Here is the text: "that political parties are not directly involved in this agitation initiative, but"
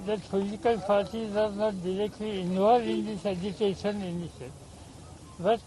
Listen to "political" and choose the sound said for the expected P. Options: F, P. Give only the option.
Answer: F